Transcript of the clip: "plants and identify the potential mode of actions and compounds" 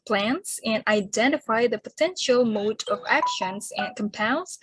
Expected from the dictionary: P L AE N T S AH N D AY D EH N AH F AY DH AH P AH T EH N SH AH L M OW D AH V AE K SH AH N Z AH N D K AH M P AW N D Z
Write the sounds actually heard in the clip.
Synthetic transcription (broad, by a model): P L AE N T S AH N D AY D EH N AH F AY DH AH P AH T EH N SH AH L M OW D AH V AE K SH AH N Z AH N K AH M P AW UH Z